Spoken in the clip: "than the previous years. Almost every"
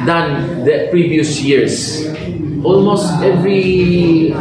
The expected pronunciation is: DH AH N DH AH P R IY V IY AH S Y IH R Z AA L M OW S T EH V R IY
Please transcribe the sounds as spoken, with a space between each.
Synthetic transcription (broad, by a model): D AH N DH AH P R IY V IY AH S Y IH R S AA L M OW S T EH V R IY